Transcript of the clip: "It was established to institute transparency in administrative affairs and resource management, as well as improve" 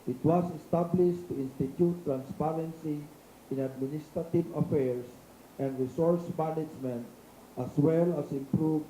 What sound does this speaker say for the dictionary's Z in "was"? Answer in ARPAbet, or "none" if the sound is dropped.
S